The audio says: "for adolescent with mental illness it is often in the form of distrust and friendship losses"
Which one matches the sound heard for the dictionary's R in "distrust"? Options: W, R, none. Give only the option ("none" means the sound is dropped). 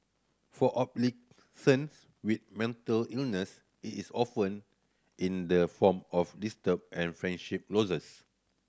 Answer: none